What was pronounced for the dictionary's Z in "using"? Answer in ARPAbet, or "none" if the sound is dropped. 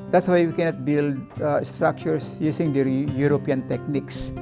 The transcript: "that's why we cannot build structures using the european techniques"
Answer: S